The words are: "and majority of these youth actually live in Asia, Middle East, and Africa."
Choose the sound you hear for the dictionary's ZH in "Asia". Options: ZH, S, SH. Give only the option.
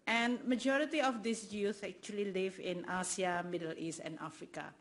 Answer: S